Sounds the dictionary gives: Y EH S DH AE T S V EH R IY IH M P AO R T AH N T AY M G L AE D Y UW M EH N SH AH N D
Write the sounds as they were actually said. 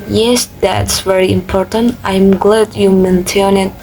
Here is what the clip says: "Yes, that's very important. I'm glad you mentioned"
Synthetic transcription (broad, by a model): Y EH S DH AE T S V EH R IY IH M P AO R T AH N T AY M G L AE D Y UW M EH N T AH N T